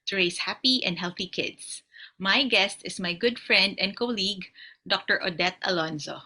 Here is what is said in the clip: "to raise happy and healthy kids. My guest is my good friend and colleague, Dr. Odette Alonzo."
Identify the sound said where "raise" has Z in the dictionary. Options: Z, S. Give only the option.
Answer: S